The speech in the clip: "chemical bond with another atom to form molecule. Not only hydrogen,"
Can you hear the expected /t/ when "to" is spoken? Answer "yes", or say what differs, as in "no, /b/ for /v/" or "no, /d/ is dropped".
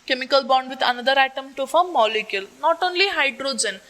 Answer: yes